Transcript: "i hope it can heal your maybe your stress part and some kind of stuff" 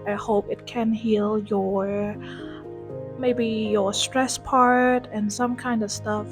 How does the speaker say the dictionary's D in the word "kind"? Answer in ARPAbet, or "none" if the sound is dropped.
D